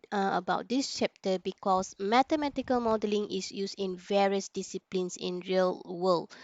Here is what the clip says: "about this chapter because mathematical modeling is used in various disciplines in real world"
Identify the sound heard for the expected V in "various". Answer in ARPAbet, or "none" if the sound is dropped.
V